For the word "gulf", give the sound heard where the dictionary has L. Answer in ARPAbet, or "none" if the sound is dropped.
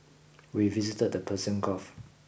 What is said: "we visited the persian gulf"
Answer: none